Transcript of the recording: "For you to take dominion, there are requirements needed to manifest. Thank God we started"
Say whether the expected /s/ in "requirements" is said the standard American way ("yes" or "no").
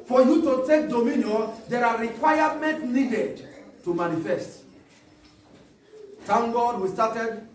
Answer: no